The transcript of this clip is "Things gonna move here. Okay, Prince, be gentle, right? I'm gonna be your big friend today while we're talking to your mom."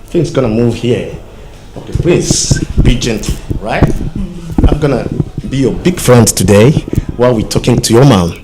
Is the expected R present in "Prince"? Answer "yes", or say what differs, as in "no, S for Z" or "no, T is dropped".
no, L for R